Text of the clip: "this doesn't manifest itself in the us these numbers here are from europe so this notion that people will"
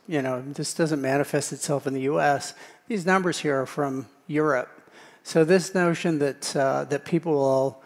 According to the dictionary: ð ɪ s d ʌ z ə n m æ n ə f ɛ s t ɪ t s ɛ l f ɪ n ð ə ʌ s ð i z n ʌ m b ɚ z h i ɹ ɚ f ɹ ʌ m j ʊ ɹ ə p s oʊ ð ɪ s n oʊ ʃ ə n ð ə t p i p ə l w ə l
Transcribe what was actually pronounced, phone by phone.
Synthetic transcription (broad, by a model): ð ɪ s d ʌ z ə n m æ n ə f ɛ s t ɪ t s ɛ l f ɪ n ð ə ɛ s ð i z n ʌ m b ɚ z h i ɹ ɚ f ɹ ʌ m j ʊ ɹ ə p s oʊ ð ɪ s n oʊ ʃ ə n ð ə t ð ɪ p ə l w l